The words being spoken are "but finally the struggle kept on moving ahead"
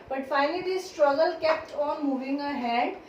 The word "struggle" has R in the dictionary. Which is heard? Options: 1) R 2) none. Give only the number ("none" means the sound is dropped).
1